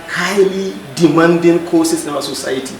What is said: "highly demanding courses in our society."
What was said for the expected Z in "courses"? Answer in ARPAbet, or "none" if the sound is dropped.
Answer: S